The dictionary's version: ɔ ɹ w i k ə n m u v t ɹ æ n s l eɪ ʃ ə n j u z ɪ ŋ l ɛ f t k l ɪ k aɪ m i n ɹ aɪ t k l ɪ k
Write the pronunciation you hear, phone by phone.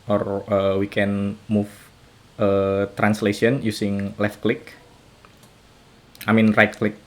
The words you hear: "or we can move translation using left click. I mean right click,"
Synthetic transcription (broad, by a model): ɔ ɹ w i k ə n m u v t ɹ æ n s l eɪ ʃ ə n j u s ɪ ŋ l ɛ f t k l ɪ k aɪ m i n ɹ aɪ t k l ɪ k